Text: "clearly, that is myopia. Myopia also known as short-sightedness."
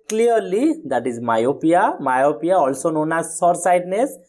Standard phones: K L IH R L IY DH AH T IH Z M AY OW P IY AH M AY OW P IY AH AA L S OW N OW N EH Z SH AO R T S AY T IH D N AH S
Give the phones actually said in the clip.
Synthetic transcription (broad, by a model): K L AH R L IY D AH T IH Z M AY OW P IY AH M AY OW P IY AH AA L S OW N OW N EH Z S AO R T S AY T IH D N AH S